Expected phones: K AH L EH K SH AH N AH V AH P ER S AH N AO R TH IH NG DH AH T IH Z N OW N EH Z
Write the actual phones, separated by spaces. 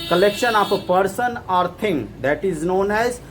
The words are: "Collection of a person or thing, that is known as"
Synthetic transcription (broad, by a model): K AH L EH K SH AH N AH P AH P ER S AH N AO R T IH NG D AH T IH Z N OW N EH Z